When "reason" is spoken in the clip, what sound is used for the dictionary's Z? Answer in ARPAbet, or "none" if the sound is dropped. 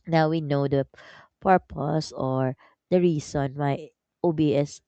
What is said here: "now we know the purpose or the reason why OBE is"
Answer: S